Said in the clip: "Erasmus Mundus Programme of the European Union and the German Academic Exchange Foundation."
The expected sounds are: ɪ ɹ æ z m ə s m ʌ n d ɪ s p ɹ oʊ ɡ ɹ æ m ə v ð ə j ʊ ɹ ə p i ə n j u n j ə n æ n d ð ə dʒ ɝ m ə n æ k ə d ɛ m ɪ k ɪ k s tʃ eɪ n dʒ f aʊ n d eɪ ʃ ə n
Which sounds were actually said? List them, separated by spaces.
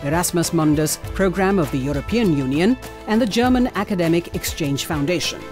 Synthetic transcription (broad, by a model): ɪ ɹ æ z m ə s m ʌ n d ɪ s p ɹ oʊ ɡ ɹ æ m ə v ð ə j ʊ ɹ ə p i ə n j u n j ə n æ n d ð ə dʒ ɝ m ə n æ k ə d ɛ m ɪ k ɪ k s tʃ eɪ n dʒ f aʊ n d eɪ ʃ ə n